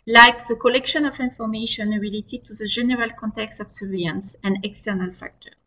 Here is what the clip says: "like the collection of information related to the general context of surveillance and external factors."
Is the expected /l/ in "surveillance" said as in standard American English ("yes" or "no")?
no